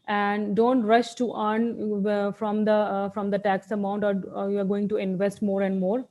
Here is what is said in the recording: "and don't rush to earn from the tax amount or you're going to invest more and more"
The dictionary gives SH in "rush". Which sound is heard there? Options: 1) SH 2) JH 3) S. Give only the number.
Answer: 1